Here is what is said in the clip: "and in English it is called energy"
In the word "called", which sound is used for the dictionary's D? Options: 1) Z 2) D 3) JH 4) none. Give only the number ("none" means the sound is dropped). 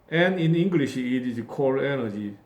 4